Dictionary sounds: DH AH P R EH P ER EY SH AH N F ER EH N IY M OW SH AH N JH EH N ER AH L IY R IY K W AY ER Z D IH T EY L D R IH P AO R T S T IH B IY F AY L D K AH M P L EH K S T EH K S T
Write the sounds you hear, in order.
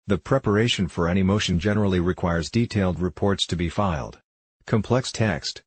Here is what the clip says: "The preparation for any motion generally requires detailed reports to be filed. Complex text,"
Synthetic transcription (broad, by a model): DH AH P R EH P ER EY SH AH N F ER EH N IY M OW SH AH N JH EH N ER L IY R IY K W AY ER Z D IH T EY L D R IH P AO R T S T IH B IY F AY L D K AH M P L EH K S T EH K S T